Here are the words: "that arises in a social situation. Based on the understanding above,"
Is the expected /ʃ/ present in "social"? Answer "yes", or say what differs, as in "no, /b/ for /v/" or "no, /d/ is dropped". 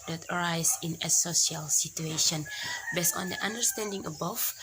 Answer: no, /ʃ/ is dropped